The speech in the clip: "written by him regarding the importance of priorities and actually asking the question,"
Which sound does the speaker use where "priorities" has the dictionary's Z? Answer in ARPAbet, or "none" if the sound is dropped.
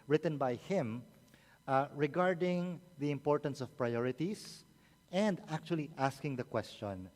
S